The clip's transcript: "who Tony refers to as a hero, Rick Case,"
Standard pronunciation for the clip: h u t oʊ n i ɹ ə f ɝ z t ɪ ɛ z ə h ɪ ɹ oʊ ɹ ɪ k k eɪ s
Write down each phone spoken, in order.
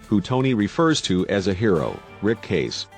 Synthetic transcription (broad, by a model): h u t oʊ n i ɹ ə f ɝ z t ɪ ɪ z ə h ɪ ɹ oʊ ɹ ɪ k k eɪ s